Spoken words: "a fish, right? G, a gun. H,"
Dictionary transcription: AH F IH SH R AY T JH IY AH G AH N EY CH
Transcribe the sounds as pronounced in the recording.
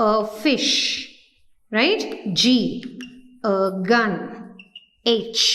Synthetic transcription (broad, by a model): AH F IH SH R AY T JH IY AH G AH N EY CH